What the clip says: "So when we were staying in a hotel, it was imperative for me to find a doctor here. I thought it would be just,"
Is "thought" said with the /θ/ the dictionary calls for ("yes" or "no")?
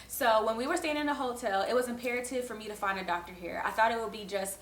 yes